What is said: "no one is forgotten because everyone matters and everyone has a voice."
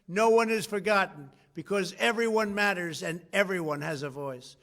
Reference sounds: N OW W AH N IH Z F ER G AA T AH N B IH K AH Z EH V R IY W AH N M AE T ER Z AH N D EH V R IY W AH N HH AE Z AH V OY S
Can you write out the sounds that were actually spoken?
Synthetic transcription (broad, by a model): N OW W AH N IH Z F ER G AA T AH N B IH K AH Z EH V R IY W AH N M AE T ER Z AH N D EH V R IY W AH N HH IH Z AH V OY S